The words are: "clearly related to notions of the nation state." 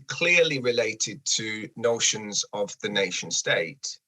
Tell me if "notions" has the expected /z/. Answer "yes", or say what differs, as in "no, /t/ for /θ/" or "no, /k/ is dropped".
yes